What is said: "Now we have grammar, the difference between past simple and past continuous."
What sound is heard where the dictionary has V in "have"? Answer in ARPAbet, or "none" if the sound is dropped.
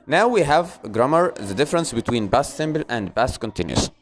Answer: V